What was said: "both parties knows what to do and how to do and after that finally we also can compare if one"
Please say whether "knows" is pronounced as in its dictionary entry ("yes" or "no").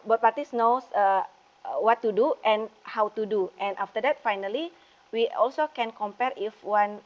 no